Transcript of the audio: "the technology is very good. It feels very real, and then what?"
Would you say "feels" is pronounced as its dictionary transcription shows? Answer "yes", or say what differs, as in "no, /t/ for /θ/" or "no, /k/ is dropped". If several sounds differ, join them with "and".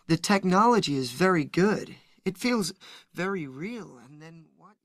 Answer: yes